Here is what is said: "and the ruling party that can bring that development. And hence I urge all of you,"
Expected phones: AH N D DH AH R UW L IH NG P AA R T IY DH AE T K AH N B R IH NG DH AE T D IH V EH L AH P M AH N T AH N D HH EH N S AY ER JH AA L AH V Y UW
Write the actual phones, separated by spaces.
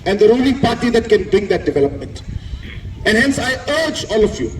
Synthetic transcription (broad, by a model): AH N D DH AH R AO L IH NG P AA R T IY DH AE T K AH N B R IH NG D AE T D IH V EH L AH P M AH N T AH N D HH EH N S AY ER JH AA L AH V Y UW